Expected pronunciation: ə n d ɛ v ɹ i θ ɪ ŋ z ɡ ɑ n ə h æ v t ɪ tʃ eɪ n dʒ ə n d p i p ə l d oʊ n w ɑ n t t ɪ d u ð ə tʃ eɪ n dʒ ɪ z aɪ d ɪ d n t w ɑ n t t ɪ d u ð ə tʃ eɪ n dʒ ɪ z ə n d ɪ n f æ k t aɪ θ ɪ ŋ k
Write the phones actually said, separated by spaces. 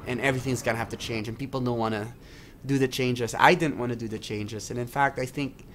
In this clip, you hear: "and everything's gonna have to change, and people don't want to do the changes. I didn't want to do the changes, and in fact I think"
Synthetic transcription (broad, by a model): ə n ɛ v ɹ i θ ɪ ŋ z ɡ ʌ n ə h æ f t ɪ tʃ eɪ n dʒ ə n p i p l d oʊ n w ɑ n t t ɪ d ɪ ð ə tʃ eɪ n dʒ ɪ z aɪ d ɪ d n t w ɑ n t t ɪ d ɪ ð ə tʃ eɪ n dʒ ɪ z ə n ɪ n f æ k t aɪ θ ɪ ŋ k